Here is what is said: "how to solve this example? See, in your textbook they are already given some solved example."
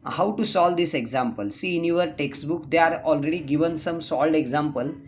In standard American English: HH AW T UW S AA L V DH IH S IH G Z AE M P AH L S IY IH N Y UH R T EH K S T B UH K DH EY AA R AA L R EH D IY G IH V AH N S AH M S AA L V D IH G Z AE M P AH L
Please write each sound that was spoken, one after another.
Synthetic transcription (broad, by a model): HH AW T UW S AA L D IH S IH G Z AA M P AH L S IY N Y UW R T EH K S T B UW K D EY AA R AA L R EH D IY G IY V AH N S AH M S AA L D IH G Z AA M P AH L